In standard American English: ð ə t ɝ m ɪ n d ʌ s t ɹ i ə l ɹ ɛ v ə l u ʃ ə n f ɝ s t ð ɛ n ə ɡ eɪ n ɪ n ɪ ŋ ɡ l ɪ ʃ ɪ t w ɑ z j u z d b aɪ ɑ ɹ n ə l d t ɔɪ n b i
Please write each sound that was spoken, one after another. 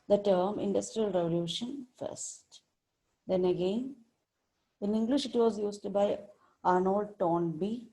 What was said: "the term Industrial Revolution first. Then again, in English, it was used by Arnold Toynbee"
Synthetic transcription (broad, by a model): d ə t ɝ m ɪ n d ʌ s t ɹ i ə l ɹ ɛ v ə l u ʃ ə n f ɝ s t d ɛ n ə ɡ eɪ n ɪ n ɪ ŋ ɡ l ɪ ʃ ɪ t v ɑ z j u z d b aɪ ɑ ɹ n ə l d t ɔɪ n b i